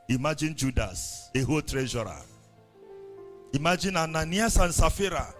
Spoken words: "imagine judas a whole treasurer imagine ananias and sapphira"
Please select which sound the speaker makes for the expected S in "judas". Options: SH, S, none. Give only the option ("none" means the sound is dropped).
S